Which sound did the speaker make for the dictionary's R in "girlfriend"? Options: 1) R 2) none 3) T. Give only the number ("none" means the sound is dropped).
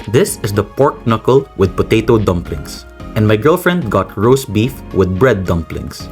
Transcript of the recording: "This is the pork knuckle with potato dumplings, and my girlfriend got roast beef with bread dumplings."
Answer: 1